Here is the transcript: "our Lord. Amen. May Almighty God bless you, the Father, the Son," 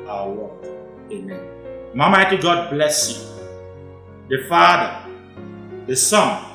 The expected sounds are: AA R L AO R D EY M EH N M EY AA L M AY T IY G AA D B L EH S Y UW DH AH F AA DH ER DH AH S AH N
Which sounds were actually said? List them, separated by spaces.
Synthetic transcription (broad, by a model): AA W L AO EY M EH N M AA M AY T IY G AA D B L EH S Y UW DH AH F AA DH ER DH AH S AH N